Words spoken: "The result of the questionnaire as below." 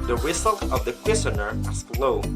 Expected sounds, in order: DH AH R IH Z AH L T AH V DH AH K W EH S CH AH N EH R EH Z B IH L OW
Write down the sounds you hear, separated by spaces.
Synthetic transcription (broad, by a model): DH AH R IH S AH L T AH V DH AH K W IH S AH N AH R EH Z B L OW